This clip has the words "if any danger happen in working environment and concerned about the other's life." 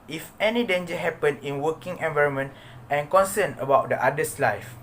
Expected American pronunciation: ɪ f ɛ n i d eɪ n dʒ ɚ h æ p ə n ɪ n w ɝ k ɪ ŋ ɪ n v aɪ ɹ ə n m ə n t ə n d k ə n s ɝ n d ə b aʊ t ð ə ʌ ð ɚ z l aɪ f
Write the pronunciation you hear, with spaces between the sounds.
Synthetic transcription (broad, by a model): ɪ f ɛ n i d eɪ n dʒ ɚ h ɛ p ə n ɪ n w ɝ k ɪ ŋ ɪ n v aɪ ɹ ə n m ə n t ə n k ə n s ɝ n ə b aʊ t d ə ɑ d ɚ s l aɪ f